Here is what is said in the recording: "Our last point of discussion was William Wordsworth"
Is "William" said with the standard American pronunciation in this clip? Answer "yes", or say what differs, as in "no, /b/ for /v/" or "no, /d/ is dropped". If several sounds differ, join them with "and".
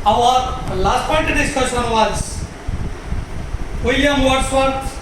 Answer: no, /l/ is dropped